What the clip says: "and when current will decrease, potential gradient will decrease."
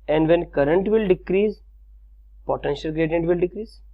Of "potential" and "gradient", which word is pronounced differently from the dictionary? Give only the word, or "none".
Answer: none